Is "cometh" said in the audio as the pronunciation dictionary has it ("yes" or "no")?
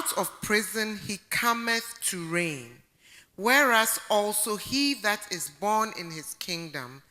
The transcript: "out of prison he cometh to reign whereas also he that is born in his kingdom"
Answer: yes